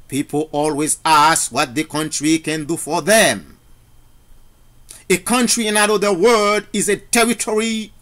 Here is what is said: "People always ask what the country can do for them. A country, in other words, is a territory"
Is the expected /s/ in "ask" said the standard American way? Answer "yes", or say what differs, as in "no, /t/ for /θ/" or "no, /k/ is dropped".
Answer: yes